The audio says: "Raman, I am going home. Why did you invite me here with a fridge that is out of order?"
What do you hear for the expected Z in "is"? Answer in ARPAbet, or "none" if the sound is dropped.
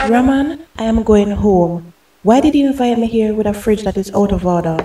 S